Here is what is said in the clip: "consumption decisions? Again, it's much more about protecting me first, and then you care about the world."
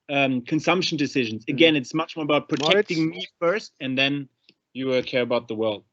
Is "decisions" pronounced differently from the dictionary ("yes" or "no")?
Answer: no